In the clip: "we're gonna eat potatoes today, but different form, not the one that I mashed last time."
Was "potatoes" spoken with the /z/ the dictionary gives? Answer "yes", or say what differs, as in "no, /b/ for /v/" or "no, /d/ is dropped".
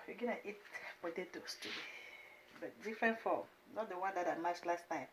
no, /s/ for /z/